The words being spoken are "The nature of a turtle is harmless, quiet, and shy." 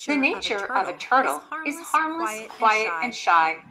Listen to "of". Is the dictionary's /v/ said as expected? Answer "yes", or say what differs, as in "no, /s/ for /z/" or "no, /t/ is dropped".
yes